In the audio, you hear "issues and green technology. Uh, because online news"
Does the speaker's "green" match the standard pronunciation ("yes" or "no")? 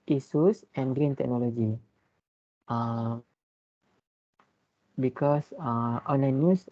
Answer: yes